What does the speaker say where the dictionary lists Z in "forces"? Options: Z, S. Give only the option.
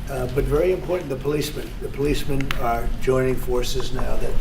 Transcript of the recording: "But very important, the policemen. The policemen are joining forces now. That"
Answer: Z